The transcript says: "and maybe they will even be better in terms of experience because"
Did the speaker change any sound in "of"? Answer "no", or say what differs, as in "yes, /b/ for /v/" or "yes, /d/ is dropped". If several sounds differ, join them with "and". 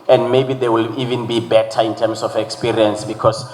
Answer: yes, /f/ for /v/